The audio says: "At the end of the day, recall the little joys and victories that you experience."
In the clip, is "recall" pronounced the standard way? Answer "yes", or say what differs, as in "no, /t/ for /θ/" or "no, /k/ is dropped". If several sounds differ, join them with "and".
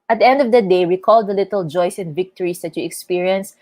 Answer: no, /w/ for /ɹ/